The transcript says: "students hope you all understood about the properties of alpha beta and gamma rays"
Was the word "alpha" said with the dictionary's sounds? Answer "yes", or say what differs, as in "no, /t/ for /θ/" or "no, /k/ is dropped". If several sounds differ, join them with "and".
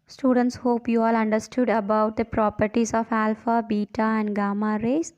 yes